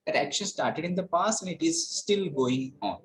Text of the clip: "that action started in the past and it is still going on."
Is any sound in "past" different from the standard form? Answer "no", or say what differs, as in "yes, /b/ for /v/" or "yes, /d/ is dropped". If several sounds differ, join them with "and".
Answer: yes, /t/ is dropped